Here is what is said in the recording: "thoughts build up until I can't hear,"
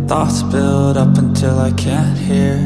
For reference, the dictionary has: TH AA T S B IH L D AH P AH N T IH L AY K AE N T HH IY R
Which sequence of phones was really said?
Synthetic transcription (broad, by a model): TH AA T S B IH L D AH P AH N T IH L AY K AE N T HH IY R